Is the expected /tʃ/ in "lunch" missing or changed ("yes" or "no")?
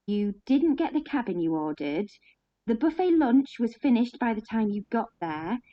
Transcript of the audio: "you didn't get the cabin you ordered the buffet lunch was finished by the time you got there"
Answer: no